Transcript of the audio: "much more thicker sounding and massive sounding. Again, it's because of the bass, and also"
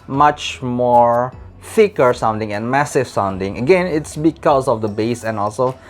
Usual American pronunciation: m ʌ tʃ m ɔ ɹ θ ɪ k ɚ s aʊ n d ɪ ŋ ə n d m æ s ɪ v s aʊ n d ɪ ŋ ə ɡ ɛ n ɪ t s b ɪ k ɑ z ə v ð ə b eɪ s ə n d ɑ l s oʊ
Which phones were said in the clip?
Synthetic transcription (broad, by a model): m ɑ tʃ m ɔ ɹ f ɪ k ɚ s aʊ n d ɪ ŋ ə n m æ s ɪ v s aʊ n d ɪ ŋ ə ɡ ɛ n ɪ t s b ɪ k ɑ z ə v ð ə b eɪ s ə n ɑ l s oʊ